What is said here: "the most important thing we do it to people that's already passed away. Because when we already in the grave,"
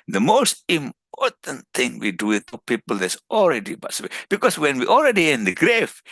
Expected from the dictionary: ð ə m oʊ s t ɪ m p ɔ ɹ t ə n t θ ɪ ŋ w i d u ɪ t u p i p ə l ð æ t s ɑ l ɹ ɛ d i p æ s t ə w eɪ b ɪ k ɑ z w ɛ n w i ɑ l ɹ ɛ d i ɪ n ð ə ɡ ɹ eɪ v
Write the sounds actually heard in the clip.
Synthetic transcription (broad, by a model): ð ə m oʊ s t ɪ m p ɔ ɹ t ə n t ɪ ŋ w i d u ɪ t u p i p ə l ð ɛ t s ɑ l ɹ ɛ d i b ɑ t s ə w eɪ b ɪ k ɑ s w ɛ n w i ɑ l ɹ ɛ d i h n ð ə ɡ ɹ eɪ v